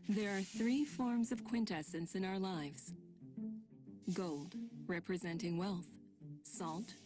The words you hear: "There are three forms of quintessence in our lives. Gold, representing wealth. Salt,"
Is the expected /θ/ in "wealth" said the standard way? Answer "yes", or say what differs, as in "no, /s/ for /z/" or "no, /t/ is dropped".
yes